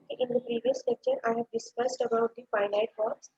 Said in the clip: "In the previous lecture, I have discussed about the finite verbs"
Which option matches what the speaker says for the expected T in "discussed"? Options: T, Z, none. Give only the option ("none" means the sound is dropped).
T